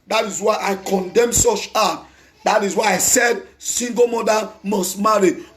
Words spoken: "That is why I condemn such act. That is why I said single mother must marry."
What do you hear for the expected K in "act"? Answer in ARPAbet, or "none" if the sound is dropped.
none